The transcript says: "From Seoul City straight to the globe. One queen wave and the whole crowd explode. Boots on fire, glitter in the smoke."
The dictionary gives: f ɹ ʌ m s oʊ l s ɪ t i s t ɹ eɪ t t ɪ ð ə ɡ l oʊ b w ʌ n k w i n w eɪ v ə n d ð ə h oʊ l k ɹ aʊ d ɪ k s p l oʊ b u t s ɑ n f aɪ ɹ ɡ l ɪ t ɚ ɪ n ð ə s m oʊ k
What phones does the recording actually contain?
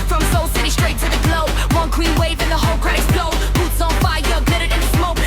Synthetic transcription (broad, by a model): f ɹ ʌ m s oʊ l s ɪ t i s t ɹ eɪ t t ɪ ð ə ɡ l oʊ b w ʌ n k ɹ i n w eɪ v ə n ð ə h oʊ l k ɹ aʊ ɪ s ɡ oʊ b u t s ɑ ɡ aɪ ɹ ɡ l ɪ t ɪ ɪ n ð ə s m oʊ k